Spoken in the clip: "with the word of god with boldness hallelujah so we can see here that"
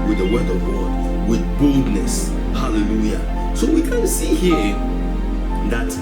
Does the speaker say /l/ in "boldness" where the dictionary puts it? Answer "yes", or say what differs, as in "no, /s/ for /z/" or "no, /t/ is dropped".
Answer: yes